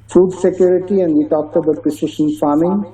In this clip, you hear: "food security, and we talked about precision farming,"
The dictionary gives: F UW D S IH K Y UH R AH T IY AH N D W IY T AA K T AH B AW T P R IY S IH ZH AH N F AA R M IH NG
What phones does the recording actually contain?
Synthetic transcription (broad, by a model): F UW D S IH K Y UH R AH T IY AH N D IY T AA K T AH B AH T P IY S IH SH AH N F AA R M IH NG